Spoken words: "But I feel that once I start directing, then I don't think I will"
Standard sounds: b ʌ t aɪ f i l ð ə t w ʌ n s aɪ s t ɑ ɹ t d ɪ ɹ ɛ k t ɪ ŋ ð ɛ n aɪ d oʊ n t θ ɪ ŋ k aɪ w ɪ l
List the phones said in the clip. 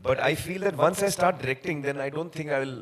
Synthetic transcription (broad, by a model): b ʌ t aɪ f i l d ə t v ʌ n s aɪ s t ɑ ɹ t d ɪ ɹ ɛ k t ɪ ŋ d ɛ n aɪ d oʊ n t t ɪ ŋ k aɪ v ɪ l